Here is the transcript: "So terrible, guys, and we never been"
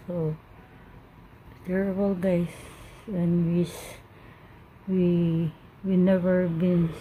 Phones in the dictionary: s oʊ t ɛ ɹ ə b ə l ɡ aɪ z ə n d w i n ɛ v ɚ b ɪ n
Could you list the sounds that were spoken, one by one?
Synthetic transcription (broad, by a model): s oʊ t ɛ ɹ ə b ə l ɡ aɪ s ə n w w i n ɛ v ɚ b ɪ n